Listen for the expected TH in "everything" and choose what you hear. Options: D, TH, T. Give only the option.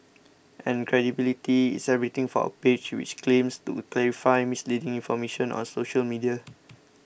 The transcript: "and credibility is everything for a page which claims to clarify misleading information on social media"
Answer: T